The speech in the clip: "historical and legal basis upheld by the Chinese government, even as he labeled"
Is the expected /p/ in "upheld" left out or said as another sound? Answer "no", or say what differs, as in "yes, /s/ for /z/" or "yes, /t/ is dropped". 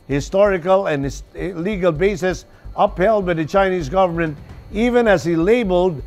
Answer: no